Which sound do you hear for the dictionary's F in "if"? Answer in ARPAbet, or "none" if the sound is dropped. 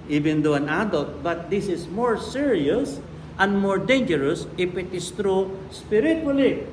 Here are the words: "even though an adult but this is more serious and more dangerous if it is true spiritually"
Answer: P